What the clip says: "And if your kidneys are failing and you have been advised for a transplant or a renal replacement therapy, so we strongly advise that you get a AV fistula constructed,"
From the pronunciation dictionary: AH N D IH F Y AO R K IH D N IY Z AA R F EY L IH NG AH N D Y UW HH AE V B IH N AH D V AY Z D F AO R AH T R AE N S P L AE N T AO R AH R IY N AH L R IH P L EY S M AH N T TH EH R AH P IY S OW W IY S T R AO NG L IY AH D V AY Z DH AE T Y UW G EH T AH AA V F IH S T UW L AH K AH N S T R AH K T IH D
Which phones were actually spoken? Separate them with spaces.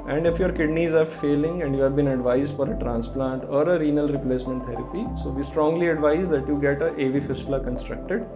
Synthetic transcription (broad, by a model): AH N D IH F Y AO R K IH D N IY Z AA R F EY L IH NG AH N D Y UW HH AE V B IH N AH D V AY Z D F AO R AH T R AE N S P L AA N T AO R AH R IY N AH L R IH P L EY S M AH N T T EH R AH P IY S OW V IY S T R AO NG L IY AH D V AY Z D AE T Y UW G EH T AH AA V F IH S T L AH K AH N S T R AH K T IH D